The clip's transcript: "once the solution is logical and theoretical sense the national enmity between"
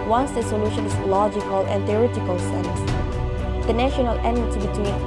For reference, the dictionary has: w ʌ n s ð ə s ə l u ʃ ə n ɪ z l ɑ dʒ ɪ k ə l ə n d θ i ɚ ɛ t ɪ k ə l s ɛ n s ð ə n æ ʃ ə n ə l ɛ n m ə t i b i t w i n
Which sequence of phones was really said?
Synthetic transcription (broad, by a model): w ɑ n s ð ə s ə l u ʃ ə n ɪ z l ɑ dʒ ɪ k ə l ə n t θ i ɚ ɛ t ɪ k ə l s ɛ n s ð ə n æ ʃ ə n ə l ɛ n ə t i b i t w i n